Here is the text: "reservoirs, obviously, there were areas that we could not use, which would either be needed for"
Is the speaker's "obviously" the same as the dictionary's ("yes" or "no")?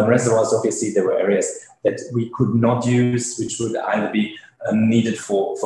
no